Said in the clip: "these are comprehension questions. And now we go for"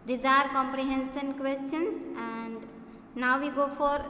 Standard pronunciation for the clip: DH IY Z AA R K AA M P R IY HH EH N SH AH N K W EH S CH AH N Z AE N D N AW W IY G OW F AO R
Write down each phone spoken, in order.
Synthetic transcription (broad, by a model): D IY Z AA R K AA M P R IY HH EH N S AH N K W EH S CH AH N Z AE N D N AW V IY G OW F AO R